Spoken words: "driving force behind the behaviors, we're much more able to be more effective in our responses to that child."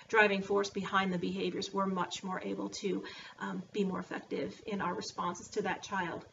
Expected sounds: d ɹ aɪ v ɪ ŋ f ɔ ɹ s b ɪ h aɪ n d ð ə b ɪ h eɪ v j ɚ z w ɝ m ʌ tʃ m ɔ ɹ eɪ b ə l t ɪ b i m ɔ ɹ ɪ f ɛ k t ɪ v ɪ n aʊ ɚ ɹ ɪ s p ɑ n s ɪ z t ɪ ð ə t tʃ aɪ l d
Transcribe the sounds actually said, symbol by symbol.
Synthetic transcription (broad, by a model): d ɹ aɪ v ɪ ŋ f ɔ ɹ s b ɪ h aɪ n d ð ə b ɪ h eɪ v j ɚ z w ɝ m ʌ tʃ m ɔ ɹ eɪ b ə l t ɪ b i m ɔ ɹ ɪ f ɛ k t ɪ v ɪ n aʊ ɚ ɹ ɪ s p ɑ n s ɪ z t ɪ ð ə t tʃ aɪ l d